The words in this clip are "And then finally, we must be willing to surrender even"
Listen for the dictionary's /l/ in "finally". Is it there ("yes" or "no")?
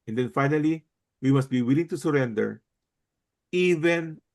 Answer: yes